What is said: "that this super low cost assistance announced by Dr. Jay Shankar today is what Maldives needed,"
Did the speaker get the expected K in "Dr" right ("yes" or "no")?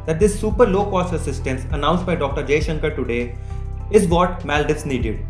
yes